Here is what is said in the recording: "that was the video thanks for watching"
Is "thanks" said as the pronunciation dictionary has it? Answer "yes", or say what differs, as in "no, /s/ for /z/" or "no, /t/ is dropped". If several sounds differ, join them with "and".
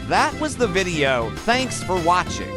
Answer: yes